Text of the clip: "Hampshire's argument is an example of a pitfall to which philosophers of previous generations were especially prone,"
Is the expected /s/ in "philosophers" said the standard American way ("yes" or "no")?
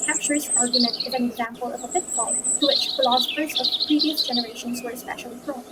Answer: yes